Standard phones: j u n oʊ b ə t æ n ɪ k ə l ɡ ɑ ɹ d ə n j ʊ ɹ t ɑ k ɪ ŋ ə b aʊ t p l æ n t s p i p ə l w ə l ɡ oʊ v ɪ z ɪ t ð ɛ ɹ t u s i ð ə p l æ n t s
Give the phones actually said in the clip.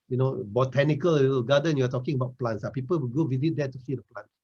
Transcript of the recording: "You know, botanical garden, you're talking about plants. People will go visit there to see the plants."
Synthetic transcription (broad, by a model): j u n oʊ b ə t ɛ n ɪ k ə l ɡ ɑ d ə n j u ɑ t ɑ k ɪ ŋ ə b aʊ t p l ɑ n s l p i p ə l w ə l ɡ oʊ w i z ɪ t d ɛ t u s i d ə p l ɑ n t